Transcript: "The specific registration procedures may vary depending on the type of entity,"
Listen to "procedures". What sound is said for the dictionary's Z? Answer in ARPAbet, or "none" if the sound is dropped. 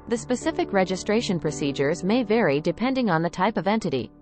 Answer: Z